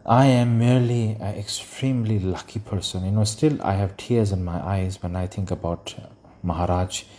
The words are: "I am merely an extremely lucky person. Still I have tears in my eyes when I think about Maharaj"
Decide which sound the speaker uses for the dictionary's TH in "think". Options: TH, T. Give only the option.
T